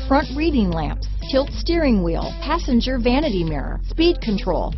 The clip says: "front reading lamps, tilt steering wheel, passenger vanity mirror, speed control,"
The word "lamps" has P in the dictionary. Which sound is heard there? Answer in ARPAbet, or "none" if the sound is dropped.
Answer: P